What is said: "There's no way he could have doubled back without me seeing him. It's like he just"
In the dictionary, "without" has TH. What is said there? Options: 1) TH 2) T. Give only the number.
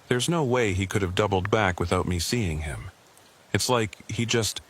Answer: 1